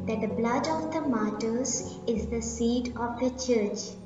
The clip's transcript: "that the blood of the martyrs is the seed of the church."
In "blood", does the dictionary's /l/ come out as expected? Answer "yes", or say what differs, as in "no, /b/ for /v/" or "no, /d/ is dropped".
yes